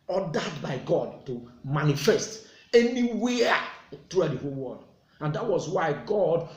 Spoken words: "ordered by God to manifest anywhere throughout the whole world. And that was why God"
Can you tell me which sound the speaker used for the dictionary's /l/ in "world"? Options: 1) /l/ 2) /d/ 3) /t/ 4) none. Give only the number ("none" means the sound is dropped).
4